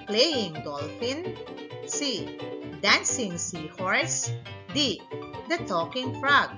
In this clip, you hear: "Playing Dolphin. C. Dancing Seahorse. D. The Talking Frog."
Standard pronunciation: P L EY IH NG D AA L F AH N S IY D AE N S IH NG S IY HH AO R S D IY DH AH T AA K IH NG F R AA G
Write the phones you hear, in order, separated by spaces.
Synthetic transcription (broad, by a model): P L EY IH NG D AA L F AH N S IY D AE N S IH NG S IY HH AO R S D IY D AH T AA K IH NG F R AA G